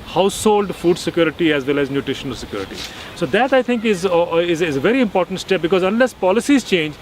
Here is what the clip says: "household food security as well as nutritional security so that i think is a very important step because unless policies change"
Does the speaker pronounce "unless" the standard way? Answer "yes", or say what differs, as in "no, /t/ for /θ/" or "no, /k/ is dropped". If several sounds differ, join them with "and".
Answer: yes